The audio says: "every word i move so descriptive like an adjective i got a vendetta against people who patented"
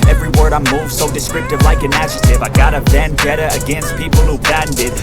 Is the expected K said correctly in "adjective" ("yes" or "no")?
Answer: no